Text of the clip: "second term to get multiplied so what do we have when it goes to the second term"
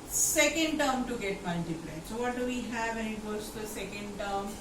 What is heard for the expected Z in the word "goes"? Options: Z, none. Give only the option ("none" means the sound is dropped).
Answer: none